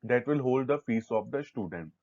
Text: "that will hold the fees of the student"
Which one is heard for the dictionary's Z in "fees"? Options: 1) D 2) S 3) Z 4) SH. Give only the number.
2